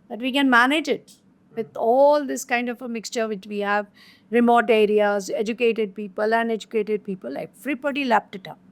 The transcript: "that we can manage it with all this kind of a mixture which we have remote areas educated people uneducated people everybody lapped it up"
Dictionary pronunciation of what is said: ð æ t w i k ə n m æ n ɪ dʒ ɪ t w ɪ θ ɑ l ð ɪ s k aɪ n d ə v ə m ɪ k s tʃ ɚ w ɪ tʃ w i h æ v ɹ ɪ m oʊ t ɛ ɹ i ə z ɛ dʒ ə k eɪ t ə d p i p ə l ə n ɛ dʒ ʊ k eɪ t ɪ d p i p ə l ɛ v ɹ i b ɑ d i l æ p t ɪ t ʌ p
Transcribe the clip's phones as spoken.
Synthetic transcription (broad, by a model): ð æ t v i k ə n m æ n ɪ dʒ ɪ t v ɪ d ɑ l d ɪ s k aɪ n d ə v ə m ɪ k s tʃ ɚ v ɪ tʃ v i h æ v ɹ ɪ m oʊ t ɛ ɹ i ə z ɛ dʒ ə k eɪ t ə d p i p ə l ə n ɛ dʒ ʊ k eɪ t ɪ d p i p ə l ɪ f ɹ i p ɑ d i l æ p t ɪ t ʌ